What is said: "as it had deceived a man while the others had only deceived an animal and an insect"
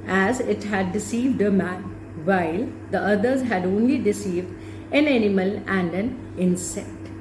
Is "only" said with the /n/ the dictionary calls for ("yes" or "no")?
yes